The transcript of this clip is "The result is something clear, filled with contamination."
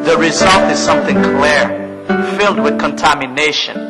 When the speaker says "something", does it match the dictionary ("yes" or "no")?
yes